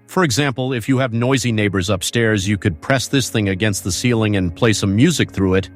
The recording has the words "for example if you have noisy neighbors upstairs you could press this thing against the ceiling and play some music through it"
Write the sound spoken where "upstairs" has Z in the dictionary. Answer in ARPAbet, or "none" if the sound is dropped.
Z